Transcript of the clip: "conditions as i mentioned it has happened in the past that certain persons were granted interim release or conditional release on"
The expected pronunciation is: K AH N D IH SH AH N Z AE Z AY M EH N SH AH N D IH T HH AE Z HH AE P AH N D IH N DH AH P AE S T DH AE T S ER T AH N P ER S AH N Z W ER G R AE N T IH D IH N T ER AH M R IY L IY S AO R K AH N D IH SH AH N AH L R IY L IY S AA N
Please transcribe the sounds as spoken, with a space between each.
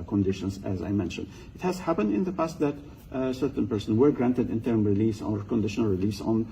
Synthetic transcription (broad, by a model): K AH N D IH SH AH N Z AE Z AY M EH N SH AH N D IH T HH AE Z HH AE P AH N D IH N DH AH P AE S T DH AE T S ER T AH N P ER S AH N W ER G R AE N T IH D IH N T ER M R IY L IY S AO R K AH N D IH SH AH N AH L R IY L IY S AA N